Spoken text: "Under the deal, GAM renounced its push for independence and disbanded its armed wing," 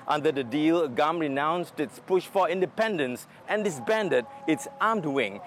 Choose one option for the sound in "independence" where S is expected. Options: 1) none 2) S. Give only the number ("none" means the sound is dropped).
2